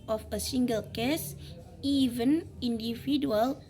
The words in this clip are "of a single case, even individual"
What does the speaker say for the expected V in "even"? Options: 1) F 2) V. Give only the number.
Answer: 2